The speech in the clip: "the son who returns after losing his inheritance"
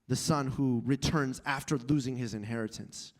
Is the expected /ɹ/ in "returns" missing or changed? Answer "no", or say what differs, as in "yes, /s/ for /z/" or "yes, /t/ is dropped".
no